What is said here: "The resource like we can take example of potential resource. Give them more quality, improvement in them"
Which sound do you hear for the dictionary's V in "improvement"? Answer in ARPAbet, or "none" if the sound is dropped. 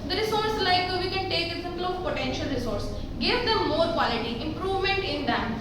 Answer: V